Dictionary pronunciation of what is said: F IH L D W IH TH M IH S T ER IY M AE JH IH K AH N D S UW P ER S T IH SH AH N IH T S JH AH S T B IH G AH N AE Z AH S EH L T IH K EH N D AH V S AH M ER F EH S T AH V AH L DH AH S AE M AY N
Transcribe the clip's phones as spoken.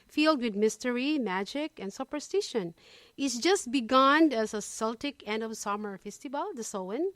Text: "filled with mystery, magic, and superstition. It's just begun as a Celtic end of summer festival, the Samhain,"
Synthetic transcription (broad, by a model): F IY L D W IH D M IH S T ER IY M AE JH IH K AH N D S UW P ER S T IH SH AH N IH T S JH AH S T B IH G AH N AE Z AH S EH L T IH K EH N D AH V S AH M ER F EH S T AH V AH L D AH S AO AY N